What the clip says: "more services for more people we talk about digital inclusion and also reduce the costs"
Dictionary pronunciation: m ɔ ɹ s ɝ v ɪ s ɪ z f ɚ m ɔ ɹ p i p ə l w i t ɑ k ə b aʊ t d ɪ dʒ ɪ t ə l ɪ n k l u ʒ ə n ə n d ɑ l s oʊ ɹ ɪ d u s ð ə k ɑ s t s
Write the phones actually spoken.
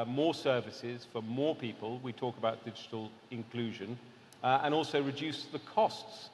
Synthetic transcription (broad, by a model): m ɔ s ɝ v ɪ s ɪ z f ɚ m ɔ p i p ə l w i t ɑ k ə b aʊ t d ɪ dʒ ɪ t ə l ɪ n k l u ʒ ə n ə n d ɑ l s oʊ ɹ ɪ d u s ð ə k ɑ s t s